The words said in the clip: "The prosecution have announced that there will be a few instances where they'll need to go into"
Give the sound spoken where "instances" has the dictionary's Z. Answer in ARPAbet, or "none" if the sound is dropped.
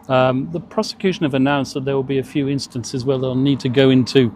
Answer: Z